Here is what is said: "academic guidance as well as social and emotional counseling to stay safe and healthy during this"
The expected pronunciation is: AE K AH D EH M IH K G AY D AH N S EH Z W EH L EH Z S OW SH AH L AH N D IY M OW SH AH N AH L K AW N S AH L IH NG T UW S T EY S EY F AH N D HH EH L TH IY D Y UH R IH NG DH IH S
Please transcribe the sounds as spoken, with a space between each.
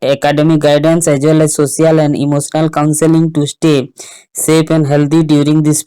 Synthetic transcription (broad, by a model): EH K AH D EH M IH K G AY D AH N S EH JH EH L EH S OW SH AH L AH N D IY M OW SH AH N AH L K AW N S AH L IH NG T UW S T EY S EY P AH N D HH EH L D IY D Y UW R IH NG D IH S